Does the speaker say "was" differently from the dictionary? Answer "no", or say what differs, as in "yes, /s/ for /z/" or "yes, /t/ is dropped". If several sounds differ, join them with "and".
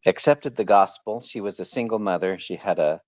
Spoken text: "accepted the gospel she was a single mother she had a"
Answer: no